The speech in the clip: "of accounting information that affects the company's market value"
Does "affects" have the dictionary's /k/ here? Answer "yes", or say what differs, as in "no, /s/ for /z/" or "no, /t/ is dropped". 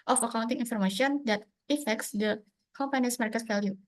yes